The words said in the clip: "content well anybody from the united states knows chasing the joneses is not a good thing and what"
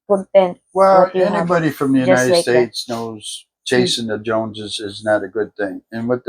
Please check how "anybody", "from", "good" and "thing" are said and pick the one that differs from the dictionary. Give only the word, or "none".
none